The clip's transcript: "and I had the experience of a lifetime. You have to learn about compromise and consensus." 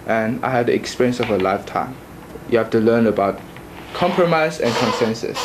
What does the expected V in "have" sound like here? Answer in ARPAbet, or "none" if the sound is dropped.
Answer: F